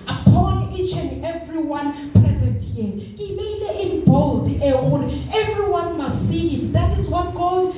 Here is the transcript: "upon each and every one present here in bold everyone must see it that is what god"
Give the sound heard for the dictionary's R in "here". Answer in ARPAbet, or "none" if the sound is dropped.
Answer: L